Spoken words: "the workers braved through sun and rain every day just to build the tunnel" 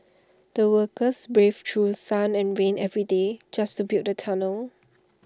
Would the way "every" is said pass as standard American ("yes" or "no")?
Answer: yes